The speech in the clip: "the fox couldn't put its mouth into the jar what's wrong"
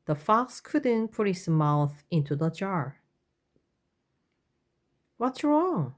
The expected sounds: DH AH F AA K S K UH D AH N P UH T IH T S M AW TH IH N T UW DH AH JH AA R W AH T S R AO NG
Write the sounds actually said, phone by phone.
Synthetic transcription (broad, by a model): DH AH F AA K S K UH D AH N P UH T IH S M AW TH IH N T UW DH AH JH AA R W AH T S R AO NG